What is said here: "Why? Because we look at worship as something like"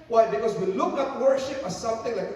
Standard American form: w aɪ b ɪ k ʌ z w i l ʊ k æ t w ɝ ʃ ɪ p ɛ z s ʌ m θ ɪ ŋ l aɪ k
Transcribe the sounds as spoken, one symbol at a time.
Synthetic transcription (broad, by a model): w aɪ b ɪ k ʌ z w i l ʊ k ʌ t w ɝ ʃ ɪ p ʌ s ʌ m θ ɪ ŋ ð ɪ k